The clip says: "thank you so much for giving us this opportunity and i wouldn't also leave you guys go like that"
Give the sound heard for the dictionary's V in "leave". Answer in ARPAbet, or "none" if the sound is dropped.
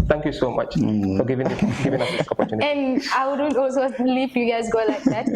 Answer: P